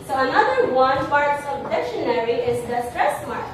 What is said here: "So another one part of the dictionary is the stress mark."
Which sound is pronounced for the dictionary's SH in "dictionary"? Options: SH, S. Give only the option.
SH